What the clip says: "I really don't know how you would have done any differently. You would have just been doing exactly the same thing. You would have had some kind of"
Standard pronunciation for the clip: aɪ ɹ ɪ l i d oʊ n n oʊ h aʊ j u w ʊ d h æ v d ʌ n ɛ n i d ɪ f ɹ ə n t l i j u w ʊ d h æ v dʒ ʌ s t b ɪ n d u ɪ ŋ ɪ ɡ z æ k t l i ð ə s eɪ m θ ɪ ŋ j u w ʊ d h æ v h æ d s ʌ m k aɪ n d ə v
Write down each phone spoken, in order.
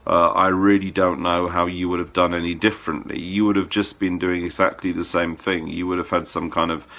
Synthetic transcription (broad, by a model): aɪ ɹ ɪ l i d oʊ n n oʊ h aʊ j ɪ w ʊ d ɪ v d ʌ n ɛ n i d ɪ f ɹ ə n t l i j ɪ w ʊ d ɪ v dʒ ʌ s b ɪ n d u ɪ ŋ ɪ ɡ z æ k t l i ð ə s eɪ m θ ɪ ŋ j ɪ w ʊ d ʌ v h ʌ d s ʌ m k aɪ n d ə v